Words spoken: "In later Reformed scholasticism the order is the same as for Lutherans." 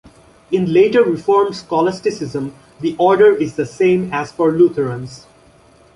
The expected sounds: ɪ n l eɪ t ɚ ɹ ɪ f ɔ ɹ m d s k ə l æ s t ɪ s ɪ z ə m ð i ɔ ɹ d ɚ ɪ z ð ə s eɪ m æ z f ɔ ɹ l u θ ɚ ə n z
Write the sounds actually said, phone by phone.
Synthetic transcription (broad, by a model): ɪ n l eɪ t ɚ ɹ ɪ f ɔ ɹ m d s k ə l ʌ s t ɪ s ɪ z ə m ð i ɔ ɹ d ɚ ɪ z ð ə s eɪ m æ z f ɔ ɹ l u t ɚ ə n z